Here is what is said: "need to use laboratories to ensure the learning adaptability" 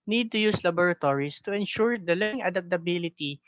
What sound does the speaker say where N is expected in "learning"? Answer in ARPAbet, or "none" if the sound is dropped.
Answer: none